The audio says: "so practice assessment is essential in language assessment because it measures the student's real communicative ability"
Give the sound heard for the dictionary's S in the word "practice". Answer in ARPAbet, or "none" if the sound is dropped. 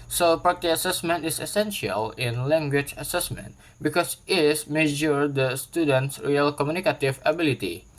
none